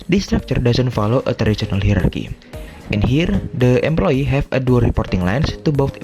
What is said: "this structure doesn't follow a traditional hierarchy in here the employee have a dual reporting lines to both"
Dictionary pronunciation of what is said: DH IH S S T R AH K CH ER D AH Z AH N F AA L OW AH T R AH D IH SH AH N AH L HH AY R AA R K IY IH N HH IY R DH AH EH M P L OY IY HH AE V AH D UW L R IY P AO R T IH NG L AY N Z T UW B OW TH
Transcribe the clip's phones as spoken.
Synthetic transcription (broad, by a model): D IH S S T R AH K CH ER D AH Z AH N F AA L OW AH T AH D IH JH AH N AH L HH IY R AA R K IY IH N HH IY R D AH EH M P L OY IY HH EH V AH D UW R IY P AO R T IH NG L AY N S T UW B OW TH